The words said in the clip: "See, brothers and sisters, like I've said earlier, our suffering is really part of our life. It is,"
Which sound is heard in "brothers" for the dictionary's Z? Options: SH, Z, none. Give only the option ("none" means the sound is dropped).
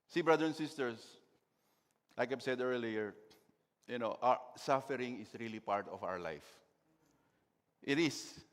none